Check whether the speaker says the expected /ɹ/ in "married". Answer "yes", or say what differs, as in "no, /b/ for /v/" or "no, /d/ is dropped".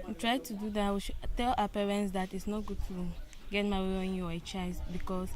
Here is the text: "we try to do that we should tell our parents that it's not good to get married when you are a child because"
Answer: no, /ɹ/ is dropped